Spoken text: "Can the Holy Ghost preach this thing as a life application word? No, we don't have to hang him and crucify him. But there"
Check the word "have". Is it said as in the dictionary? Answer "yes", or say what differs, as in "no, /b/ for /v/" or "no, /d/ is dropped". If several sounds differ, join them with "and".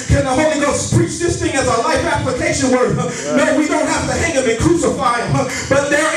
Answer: no, /f/ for /v/